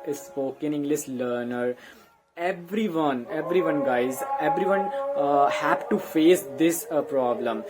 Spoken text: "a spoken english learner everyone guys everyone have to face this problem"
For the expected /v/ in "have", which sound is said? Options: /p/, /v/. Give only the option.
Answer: /p/